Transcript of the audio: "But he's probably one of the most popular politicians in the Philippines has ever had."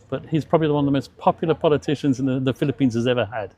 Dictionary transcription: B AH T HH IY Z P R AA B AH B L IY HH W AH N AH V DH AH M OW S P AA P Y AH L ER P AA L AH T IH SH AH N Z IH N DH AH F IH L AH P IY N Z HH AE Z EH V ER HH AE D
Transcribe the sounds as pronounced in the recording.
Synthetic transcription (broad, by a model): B AH T HH IY Z P R AA B AH B L IY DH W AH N AH V DH AH M OW S P AA P Y L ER P AA L AH T IH SH AH N Z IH N DH AH F IH L AH P IY N Z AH Z EH V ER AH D